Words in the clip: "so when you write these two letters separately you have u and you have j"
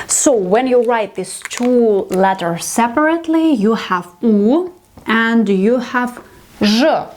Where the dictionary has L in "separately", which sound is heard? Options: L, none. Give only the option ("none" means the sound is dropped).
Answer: L